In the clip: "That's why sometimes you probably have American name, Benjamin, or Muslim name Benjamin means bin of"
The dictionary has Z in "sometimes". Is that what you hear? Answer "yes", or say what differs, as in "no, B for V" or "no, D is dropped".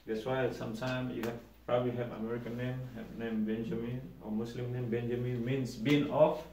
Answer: no, Z is dropped